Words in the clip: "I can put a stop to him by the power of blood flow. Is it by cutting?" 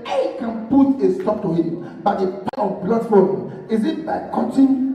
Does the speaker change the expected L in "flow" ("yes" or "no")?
yes